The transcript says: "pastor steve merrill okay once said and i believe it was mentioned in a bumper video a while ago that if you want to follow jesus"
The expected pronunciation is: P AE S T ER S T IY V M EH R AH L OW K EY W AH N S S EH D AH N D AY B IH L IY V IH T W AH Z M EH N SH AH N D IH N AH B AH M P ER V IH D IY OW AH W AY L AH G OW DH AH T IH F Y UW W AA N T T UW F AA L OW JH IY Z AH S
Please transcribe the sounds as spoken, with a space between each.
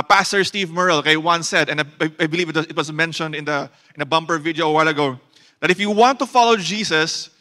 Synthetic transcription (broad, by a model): P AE S T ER S T IY V M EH R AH L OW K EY W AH N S S EH D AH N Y AY B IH L IY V IH T W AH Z M EH N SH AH N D IH N AH B AH M P ER V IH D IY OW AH W AY L AH G OW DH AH T IH F Y UW W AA N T T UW F AA L OW JH IY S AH S